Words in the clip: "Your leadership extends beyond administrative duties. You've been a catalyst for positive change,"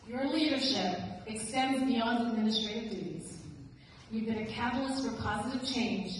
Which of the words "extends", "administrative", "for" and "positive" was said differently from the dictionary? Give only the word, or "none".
none